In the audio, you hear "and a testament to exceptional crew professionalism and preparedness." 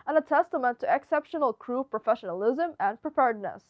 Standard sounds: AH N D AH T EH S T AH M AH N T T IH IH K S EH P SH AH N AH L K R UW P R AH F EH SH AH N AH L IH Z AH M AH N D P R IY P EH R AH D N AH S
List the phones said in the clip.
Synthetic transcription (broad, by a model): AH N AH T EH S T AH M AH N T T IH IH K S EH P SH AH N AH L K R UW P R AH F EH SH AH N AH L IH Z AH M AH N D P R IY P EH R D N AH S